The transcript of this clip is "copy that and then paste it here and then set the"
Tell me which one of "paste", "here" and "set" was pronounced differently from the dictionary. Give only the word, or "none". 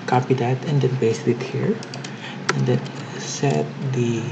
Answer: paste